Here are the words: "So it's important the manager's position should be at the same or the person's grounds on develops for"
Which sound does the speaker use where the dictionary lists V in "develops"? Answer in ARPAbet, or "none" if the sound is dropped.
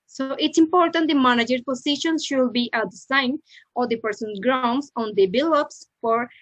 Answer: B